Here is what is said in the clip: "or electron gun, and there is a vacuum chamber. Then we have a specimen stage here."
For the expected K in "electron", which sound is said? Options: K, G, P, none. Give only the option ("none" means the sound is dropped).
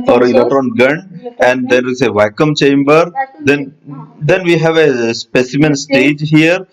none